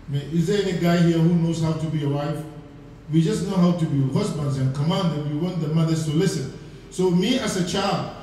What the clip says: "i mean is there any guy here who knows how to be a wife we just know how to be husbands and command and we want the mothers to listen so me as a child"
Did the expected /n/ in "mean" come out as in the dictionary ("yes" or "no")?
no